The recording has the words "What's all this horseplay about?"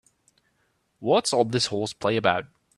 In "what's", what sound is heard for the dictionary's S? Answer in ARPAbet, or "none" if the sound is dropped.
S